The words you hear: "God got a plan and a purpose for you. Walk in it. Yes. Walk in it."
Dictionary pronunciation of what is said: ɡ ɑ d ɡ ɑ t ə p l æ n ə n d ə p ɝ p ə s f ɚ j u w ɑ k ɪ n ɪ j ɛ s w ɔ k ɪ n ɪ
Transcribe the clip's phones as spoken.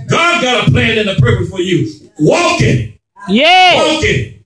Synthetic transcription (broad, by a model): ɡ ɑ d ɡ ɑ t ə p l æ n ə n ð ə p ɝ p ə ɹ f ɚ j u w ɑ k ɪ n j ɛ w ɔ k ɪ n